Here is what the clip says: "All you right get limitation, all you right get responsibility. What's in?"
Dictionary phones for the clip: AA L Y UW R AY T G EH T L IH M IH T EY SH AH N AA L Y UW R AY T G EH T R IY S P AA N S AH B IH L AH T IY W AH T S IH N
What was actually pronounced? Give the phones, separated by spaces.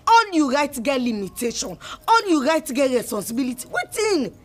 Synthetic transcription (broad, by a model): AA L Y UW R AY T G EH T L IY M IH T EY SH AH N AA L Y UW R AY T G EH T R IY S P AA N S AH B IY L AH T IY W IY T IH N